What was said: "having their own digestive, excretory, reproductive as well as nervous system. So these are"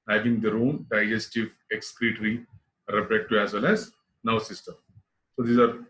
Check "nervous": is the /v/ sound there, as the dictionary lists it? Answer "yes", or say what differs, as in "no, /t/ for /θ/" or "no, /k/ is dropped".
no, /v/ is dropped